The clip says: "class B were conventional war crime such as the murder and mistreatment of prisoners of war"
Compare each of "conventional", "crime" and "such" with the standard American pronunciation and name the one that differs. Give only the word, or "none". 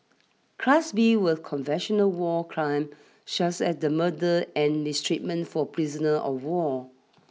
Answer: such